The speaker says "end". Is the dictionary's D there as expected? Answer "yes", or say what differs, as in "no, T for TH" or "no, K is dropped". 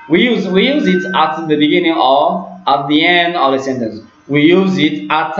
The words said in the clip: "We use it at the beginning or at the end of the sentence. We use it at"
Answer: yes